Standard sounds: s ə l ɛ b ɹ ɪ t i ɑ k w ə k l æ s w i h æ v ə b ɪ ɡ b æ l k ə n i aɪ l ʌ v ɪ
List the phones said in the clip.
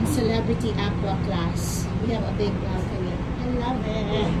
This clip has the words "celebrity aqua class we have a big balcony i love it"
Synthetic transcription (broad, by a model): s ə l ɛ b ɹ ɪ t i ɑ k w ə k l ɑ s w i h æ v ə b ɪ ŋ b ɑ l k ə i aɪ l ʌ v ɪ